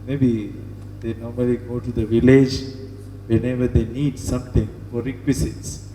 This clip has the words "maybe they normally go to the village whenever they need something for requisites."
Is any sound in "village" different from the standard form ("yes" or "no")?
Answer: no